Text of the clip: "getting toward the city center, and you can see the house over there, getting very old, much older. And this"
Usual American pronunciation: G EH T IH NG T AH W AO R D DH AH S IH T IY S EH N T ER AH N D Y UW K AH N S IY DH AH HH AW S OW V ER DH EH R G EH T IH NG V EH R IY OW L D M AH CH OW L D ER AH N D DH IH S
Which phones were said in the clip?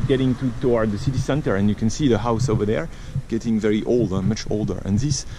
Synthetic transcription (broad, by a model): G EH T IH NG T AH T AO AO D DH AH S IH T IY S EH N T ER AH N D Y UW K AH N S IY DH AH HH AW S OW V ER DH EH R G EH T IH NG V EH R IY OW L D M AH CH OW L D ER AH N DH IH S